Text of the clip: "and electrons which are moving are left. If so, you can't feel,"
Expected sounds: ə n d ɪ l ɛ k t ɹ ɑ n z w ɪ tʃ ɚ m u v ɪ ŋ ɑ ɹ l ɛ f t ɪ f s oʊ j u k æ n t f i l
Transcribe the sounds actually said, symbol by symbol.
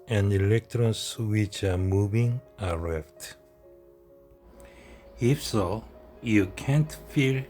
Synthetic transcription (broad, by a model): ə n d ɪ l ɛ k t ɹ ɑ n s w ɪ tʃ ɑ m u v ɪ ŋ ɑ ɹ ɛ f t ɪ f s oʊ j u k æ n t f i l